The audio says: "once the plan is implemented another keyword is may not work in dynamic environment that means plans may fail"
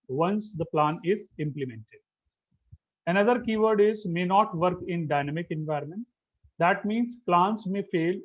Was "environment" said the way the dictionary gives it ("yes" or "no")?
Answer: yes